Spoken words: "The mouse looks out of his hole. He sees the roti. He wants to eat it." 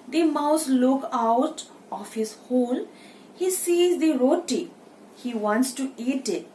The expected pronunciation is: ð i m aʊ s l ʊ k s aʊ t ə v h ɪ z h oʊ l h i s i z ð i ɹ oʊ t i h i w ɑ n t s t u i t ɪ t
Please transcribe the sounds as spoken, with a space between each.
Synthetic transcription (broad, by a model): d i m aʊ s l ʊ k aʊ t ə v h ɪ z h oʊ l h i s i z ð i ɹ oʊ t i h i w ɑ n t s t u i t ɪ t